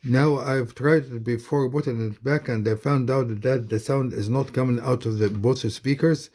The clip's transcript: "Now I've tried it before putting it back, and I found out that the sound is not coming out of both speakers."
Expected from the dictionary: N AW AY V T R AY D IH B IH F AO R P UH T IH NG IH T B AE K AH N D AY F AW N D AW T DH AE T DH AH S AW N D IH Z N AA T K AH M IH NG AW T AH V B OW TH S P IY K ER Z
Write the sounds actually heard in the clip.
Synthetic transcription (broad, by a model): N AW AY V T R AY D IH B IH F AO R B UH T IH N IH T B AE K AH N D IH F AW N D AW T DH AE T DH AH S AW N D IH Z N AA T K AH M IH NG AW T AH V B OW T S P IY K ER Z